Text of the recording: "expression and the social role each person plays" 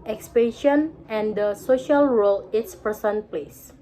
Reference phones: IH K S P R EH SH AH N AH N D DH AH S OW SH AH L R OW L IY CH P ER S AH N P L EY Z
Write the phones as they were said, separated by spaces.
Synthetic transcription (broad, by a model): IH K S P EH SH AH N AH N D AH S OW SH AH L R OW L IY S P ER S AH N P L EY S